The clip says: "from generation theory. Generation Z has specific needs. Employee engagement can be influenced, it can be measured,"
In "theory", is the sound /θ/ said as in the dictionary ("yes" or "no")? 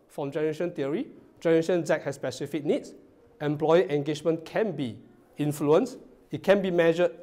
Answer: no